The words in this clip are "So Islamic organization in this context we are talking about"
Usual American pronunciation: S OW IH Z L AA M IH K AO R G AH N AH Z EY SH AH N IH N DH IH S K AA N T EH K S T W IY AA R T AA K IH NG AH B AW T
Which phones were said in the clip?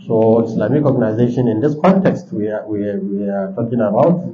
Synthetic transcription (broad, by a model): S OW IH S L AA M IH K AO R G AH N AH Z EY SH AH N IH N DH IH S K AA N T EH K S T W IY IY W T AA K IH NG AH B AW T